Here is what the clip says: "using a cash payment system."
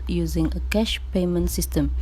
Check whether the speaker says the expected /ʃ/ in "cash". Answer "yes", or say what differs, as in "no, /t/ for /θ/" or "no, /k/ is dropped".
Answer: yes